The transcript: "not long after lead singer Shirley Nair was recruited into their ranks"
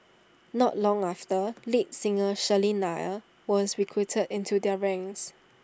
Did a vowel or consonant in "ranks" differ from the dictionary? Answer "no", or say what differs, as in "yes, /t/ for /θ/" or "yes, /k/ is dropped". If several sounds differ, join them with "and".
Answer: yes, /k/ is dropped